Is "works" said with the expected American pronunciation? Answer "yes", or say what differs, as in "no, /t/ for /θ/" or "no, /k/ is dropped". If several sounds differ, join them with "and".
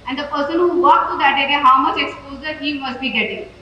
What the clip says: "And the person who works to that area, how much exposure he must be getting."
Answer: no, /s/ is dropped